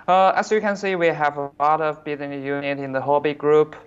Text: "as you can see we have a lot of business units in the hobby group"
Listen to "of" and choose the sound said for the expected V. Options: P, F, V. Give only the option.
V